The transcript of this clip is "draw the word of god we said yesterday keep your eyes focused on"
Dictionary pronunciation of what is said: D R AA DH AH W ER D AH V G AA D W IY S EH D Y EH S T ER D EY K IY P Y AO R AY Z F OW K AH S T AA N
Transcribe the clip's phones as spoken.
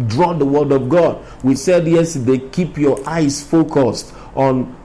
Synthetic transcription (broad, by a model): D R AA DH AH W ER D AH V G AA D W IY S EH D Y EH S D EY K IY P Y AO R AY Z F OW K AH S T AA N